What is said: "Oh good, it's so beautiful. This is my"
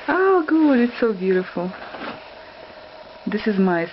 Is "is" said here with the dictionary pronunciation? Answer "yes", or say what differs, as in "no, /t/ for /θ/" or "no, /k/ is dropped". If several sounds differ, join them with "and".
yes